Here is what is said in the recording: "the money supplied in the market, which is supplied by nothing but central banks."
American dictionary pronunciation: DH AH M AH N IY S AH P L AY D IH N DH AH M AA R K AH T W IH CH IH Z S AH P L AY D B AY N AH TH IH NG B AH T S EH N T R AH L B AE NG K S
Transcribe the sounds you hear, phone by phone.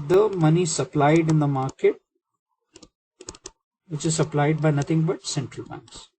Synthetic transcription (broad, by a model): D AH M AH N IY S AH P L AY D IH N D AH M AA R K AH T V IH CH IH Z S AH P L AY D B AY N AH T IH NG B AH T S EH N T R AH L B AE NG K S